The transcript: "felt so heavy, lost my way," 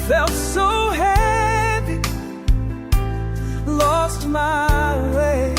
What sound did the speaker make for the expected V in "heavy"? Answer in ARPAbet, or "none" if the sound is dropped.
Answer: P